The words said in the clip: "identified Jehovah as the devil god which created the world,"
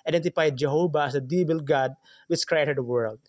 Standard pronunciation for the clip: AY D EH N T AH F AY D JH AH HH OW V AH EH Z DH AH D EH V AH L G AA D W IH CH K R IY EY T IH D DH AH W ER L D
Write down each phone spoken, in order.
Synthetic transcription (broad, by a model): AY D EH N T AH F AY D JH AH HH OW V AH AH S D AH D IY B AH L G AA D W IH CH K R IY EY T IH D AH W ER L D